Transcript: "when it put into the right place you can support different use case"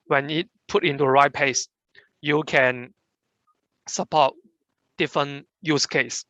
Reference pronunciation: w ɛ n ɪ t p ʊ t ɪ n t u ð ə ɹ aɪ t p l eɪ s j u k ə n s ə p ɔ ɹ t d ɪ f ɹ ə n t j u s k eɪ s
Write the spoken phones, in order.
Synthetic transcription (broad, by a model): w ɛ n ɪ t p ʊ t ɪ n t u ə ɹ aɪ t p eɪ s j u k ə n s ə p ɔ t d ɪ f ɹ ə n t j u s k eɪ s